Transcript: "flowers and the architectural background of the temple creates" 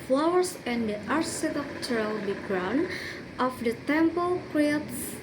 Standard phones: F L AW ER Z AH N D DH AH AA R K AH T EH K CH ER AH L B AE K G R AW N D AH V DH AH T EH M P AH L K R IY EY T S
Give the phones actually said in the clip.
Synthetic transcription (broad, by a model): F L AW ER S AH N D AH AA R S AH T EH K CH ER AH L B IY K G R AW N AH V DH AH T EH M P AH L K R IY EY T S